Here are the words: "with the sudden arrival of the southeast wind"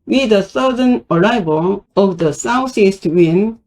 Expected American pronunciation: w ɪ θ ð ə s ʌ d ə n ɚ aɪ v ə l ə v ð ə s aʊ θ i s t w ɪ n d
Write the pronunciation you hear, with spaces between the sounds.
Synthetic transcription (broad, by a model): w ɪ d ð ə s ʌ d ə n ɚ aɪ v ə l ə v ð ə s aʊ s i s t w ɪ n